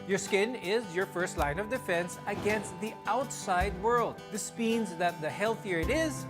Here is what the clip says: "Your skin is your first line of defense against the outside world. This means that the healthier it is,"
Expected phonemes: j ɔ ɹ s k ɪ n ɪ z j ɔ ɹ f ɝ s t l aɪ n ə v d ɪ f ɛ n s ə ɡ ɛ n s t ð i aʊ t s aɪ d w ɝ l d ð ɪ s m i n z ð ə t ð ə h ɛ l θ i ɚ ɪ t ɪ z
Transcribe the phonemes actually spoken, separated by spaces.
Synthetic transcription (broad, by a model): j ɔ ɹ s k ɪ n ɪ z j ɔ ɹ f ɝ s t l aɪ n ə v d ɪ f ɛ n s ə ɡ ɛ n s t ð i aʊ t s aɪ d w ɝ l d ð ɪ s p i n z ð ə t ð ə h ɛ l θ i ɚ ɪ t ɪ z